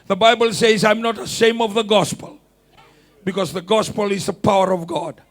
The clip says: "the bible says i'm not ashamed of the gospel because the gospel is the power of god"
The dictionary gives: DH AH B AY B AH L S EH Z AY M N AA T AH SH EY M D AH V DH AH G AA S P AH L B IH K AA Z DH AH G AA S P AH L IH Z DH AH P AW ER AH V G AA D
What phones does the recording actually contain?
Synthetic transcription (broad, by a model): DH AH B AY B AH L S EH Z AY M N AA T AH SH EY M AH V DH AH G AA S P AH L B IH K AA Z DH AH G AA S P AH L IH Z DH AH P AW ER AH V G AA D